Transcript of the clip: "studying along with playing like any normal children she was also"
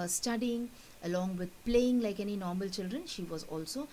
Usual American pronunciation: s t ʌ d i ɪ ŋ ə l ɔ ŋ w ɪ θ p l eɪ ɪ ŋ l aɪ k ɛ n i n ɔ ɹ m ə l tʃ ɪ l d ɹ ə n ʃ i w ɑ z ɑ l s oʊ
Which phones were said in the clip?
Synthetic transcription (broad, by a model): s t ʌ d i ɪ ŋ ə l ɔ ŋ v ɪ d p l eɪ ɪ ŋ l aɪ k ɛ n i n ɔ ɹ m ə l tʃ ɪ l d ɹ ə n ʃ i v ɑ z ɑ l s oʊ